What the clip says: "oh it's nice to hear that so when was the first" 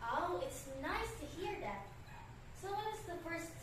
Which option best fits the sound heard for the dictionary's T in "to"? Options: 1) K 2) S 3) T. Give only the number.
3